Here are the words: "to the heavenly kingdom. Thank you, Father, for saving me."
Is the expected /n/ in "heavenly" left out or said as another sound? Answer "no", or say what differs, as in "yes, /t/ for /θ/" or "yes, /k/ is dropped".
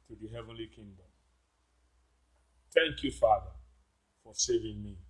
no